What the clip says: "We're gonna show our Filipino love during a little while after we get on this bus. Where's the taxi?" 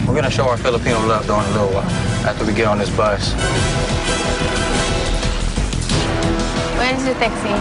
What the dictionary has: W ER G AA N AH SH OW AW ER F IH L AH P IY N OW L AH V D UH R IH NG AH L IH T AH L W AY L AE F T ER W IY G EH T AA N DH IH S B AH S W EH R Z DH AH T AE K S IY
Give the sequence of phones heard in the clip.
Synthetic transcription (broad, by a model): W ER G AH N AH SH OW AW ER F IH L AH P IY N OW L AH V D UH IH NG AH L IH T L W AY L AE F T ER W IY G EH T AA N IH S B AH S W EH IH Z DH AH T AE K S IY